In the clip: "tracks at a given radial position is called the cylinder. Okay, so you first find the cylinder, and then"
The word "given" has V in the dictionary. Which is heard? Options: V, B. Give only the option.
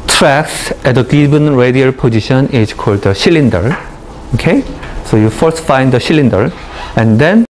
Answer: B